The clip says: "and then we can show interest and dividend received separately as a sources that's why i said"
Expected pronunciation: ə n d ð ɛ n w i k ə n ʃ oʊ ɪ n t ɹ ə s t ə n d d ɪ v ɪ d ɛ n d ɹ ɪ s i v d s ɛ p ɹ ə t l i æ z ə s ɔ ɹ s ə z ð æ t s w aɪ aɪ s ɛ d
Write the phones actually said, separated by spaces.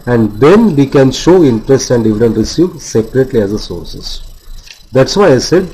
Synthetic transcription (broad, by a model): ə n d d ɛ n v i k ə n ʃ oʊ ɪ n t ɹ ə s t ə n d d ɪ v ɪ d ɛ n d ɹ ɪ s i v s ɛ p ɹ ə t l i æ z ə s ɔ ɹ s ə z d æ t s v aɪ aɪ s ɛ d